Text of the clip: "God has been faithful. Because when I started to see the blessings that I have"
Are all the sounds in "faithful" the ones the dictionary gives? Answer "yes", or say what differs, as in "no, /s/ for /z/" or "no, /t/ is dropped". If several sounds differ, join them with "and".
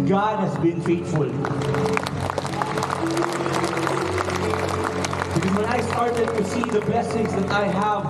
no, /t/ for /θ/